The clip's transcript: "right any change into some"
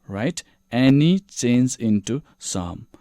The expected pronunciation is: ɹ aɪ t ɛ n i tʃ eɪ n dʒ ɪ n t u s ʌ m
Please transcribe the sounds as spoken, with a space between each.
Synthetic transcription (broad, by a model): ɹ aɪ t ɛ n i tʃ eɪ n z ɪ n t u s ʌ m